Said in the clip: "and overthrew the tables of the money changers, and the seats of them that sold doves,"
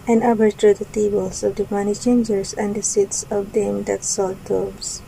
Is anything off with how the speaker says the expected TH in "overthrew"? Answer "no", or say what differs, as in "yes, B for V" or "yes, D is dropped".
yes, T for TH